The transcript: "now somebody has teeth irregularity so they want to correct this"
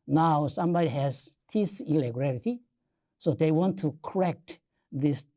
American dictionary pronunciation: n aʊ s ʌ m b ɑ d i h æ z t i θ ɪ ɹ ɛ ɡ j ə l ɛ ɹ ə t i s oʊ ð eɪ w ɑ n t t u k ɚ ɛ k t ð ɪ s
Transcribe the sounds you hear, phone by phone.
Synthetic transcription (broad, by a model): n aʊ s ʌ m b ɑ d i h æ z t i s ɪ l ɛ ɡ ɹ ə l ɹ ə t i s oʊ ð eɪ w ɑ n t t u k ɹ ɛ k t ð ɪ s